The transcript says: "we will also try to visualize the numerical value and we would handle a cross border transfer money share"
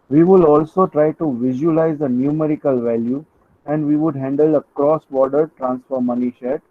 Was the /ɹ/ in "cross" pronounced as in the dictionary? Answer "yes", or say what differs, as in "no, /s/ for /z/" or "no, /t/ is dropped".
yes